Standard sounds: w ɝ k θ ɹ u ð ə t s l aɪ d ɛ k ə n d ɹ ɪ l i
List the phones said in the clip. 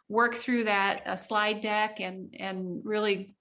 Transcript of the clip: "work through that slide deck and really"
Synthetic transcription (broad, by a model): w ɝ k θ ɹ u ð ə t s l aɪ d ɛ k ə n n ɹ ɪ l i